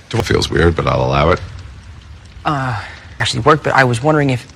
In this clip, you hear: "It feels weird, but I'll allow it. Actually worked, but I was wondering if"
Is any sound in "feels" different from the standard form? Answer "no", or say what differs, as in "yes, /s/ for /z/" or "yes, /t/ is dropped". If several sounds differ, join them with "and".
no